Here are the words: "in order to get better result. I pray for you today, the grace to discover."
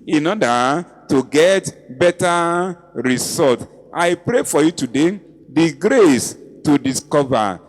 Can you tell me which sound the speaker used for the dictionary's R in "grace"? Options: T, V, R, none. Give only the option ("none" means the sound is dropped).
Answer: R